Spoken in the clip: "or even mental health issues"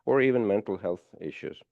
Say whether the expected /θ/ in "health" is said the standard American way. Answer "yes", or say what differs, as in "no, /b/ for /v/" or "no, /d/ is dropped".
yes